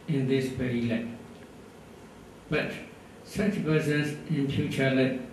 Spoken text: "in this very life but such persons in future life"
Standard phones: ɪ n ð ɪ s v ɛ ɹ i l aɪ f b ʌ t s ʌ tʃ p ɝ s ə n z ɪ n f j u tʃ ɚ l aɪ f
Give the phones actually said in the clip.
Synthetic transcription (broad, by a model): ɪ n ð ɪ s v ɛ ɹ i l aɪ b ʌ t s ʌ tʃ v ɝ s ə z ɪ n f j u tʃ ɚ l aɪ